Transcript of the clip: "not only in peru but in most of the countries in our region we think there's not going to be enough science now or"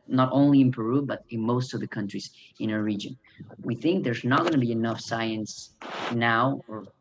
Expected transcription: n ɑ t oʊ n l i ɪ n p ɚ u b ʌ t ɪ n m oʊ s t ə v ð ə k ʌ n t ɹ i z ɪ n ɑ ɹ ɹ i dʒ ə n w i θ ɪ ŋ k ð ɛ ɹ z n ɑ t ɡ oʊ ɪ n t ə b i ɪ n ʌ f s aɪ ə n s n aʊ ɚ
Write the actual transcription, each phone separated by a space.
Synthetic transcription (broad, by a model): n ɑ t oʊ n l i ɪ n p ɚ u b ʌ t ɪ n m oʊ s t ə v ð ə k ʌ n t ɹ i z ɪ n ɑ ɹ ɹ i dʒ ə n w i θ ɪ ŋ k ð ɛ ɹ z n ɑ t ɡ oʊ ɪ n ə b i ɪ n ʌ f s aɪ ə n s n aʊ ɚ